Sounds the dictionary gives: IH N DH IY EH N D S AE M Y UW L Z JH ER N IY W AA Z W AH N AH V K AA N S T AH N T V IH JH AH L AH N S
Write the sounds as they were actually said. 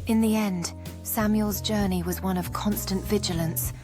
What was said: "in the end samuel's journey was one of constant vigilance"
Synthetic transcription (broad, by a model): IH N DH IY EH N D S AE M Y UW L Z JH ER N IY W AA Z W AH N AH V K AA N S T AH N T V IH JH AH L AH N S